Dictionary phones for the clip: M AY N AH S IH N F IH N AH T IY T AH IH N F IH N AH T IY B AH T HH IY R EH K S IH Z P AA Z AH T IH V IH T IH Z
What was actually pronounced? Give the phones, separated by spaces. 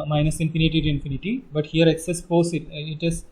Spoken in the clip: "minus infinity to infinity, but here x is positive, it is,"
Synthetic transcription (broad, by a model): M AY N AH S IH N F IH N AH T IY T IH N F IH N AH T IY B AH T HH IY R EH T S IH S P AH S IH IH T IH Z